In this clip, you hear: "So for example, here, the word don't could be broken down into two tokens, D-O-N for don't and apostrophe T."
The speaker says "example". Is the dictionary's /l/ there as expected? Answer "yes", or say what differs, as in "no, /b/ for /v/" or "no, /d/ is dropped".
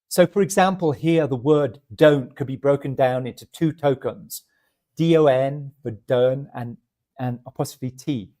yes